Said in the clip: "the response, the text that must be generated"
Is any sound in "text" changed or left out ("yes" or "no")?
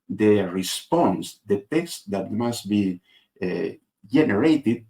no